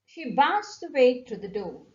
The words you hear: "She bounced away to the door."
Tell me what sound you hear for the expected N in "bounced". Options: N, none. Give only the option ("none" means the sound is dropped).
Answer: none